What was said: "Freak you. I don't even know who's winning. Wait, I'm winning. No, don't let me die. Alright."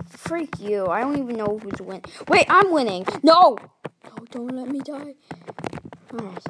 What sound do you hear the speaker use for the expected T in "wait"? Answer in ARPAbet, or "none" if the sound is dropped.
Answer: T